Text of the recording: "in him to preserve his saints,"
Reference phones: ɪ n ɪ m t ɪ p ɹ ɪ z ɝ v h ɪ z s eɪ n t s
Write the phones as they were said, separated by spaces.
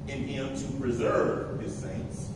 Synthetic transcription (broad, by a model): ɪ n ɪ m t ɪ p ɹ ɪ z ɝ v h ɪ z s eɪ n t s